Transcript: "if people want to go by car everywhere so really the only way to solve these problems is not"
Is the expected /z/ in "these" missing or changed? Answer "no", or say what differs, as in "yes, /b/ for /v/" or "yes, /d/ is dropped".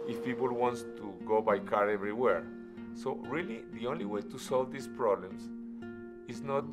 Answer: yes, /s/ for /z/